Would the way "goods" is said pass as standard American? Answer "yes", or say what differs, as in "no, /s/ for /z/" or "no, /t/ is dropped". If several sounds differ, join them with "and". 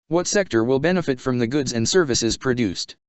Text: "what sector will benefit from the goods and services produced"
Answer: yes